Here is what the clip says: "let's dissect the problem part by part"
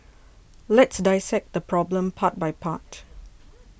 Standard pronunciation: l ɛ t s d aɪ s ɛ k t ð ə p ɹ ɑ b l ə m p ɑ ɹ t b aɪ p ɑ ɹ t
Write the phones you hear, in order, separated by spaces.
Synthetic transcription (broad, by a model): l ɛ t s d aɪ s ɛ k t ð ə p ɹ ɑ b l ə m p ɑ t b aɪ p ɑ t